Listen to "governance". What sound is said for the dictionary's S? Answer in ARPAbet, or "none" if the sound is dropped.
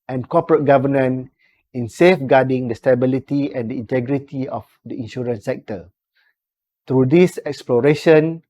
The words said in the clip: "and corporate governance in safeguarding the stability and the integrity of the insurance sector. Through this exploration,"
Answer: none